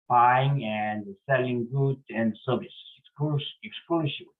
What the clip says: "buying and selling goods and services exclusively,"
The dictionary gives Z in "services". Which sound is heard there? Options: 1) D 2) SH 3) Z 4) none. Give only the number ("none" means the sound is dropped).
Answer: 4